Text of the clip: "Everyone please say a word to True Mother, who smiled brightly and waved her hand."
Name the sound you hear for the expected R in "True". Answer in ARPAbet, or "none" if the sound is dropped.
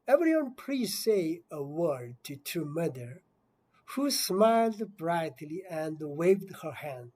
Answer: none